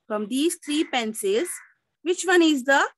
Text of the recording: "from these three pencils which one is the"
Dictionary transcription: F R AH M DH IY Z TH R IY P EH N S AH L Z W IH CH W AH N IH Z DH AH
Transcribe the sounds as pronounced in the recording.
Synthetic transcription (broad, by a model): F R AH M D IY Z T R IY P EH N S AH Z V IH CH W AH N IH Z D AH